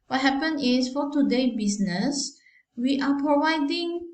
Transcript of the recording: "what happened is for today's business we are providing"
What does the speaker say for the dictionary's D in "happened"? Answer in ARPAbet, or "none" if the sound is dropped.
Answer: none